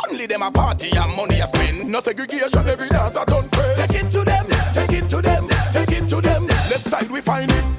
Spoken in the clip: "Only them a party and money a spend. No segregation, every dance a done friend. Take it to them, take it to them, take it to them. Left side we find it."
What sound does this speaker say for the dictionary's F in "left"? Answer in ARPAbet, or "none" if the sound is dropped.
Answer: none